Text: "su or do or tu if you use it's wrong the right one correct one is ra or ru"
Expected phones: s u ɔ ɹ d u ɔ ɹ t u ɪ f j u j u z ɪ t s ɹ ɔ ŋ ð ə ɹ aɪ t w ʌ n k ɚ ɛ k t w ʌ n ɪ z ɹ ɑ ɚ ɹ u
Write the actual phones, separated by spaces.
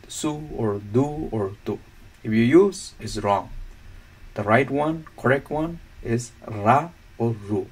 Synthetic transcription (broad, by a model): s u ɔ ɹ d u ɔ ɹ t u ɪ f j u j u z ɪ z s ɹ ɔ ŋ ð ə ɹ aɪ t w ʌ n k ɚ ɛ k t w ʌ n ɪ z ɹ ɑ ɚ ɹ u